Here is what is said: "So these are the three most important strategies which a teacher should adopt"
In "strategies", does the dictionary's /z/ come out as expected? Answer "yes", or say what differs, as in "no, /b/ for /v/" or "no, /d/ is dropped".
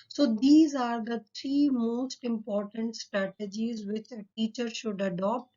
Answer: yes